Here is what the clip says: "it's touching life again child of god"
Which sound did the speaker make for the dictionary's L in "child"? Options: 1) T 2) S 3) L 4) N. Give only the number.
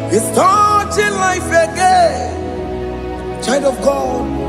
4